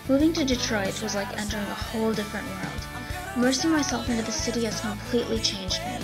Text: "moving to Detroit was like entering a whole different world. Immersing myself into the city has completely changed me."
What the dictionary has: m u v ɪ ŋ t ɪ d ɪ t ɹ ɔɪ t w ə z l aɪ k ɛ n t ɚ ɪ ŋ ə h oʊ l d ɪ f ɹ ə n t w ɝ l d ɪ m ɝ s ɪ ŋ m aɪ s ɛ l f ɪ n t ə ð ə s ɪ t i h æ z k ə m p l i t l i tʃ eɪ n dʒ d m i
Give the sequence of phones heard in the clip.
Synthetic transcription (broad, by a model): m u v ɪ ŋ t ɪ d ɪ t ɹ ɔɪ t w ə z l aɪ k ɛ n t ɚ ɪ ŋ ə h oʊ l d ɪ f ɹ ə n t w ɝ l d m ɝ s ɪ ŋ m aɪ s ɛ l f ɪ n t ə ð ə s ɪ t i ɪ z k ə m p l i t l i tʃ eɪ n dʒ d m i